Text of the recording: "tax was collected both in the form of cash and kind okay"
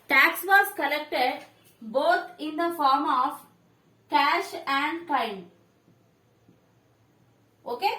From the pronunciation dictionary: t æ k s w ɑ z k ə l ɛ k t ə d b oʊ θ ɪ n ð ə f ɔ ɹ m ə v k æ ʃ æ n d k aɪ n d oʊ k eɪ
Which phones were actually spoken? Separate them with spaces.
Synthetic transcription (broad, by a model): t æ k s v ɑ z k ə l ɛ k t ə d b oʊ t ɪ n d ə f ɔ ɹ m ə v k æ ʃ æ n d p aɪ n oʊ k eɪ